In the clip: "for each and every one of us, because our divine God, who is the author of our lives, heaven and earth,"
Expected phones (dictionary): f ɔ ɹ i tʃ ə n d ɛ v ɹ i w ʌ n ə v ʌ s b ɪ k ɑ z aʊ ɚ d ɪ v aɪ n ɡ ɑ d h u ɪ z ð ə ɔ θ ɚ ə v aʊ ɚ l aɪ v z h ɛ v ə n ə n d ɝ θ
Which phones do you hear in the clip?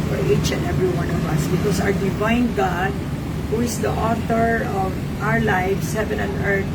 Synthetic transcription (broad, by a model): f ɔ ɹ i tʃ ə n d ɛ v ɹ i w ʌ n ə v ʌ s b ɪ k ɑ s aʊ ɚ d ɪ v aɪ n ɡ ɑ d h u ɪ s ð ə ɔ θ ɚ ə v aʊ ɚ l aɪ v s h ɛ v ə n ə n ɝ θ